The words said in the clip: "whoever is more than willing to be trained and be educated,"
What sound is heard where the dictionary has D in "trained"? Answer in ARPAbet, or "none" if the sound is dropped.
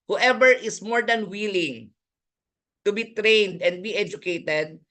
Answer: D